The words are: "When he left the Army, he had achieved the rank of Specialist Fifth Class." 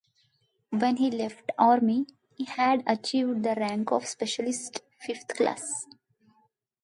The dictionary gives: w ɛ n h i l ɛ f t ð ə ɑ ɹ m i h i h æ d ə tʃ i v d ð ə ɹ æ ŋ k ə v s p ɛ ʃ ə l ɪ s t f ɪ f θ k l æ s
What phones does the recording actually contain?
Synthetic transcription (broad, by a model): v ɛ n h i l ɛ f t ɑ ɹ m i h i h æ d ə tʃ i v d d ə ɹ æ ŋ k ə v s p ɛ ʃ ə l ɪ s t f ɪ f t k l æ s